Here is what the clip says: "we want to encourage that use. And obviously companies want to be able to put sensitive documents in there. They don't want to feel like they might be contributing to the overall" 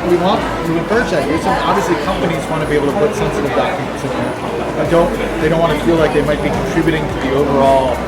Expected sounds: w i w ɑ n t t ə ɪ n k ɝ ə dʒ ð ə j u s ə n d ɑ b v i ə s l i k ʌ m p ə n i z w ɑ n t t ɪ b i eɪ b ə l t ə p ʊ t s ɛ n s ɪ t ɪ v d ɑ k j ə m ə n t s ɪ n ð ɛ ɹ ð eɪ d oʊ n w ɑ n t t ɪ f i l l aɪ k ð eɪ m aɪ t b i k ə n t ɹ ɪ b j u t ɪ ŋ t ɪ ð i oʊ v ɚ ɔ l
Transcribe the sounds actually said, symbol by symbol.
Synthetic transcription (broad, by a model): w i w ɑ n t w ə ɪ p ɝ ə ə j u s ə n ɑ b v i ə s l i k ʌ m p ə n i z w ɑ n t t ɪ b i eɪ ə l t ə p ʊ t s ɛ n s ɪ t ɪ v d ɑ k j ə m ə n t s ɪ n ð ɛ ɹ ð eɪ d oʊ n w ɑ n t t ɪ f i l l aɪ k ð eɪ m aɪ t b i k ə n t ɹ ɪ b j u t ɪ ŋ t ɪ ð i oʊ v ɚ ɔ l